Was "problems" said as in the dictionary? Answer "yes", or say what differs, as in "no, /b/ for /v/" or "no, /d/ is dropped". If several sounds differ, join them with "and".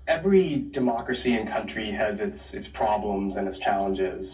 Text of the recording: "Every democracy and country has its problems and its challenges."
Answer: yes